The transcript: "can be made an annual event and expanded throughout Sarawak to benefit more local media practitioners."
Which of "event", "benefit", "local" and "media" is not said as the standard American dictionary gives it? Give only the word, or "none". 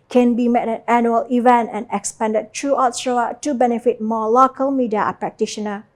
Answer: none